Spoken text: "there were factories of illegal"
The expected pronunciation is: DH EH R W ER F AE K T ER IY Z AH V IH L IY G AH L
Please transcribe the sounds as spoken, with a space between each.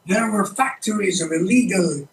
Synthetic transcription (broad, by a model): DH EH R W ER F AE K T ER IY Z AH V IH L IY G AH L